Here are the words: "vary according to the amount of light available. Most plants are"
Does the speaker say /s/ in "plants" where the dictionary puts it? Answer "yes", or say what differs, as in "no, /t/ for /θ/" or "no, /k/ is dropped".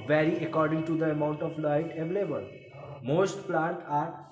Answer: no, /s/ is dropped